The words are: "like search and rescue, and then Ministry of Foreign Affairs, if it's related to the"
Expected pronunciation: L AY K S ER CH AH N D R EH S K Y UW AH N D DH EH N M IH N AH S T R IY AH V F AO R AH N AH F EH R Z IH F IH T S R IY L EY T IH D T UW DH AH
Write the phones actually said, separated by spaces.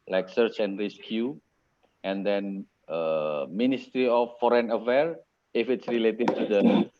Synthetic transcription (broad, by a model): L AY K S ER CH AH N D R EH S K Y UW AH N D EH N M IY N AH S T R IY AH F AO R AH N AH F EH R IH F IH T S R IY L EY T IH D T UW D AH